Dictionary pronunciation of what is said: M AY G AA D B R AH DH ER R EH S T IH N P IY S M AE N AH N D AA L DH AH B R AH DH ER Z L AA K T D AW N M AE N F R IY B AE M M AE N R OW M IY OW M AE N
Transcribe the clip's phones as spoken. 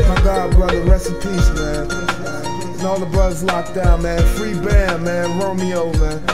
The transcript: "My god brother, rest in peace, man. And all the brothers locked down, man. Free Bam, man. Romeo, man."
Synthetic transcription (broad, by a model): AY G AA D B R AH DH ER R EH S IH P IY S M AE N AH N AA L DH AH B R AH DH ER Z L AA K D AW N M AE N F R IY B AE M M AE N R OW M IY OW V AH